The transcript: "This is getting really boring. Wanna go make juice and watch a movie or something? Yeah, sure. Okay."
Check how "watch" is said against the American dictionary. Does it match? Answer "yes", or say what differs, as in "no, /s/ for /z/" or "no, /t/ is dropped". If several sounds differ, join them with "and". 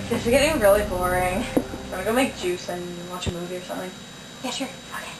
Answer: yes